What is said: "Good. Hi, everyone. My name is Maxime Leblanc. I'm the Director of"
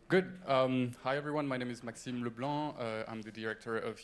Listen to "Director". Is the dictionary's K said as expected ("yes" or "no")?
yes